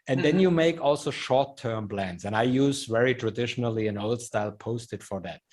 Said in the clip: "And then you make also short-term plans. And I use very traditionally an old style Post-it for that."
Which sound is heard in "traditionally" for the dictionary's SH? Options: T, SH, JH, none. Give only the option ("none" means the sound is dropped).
SH